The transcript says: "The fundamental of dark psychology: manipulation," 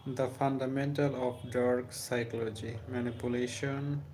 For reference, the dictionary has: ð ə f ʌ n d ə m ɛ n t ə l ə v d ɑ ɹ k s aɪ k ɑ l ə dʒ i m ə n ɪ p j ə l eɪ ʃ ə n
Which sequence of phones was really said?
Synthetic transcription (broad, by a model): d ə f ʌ n d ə m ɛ n t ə l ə p d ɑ ɹ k s aɪ k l l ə dʒ i m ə n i p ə l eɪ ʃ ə n